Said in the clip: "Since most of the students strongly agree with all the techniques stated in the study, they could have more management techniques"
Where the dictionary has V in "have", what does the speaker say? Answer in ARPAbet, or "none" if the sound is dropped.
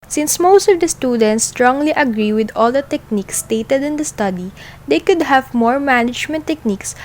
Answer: V